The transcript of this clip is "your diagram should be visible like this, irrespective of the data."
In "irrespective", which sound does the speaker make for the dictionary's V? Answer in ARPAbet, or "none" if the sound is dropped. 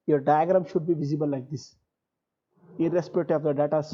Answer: none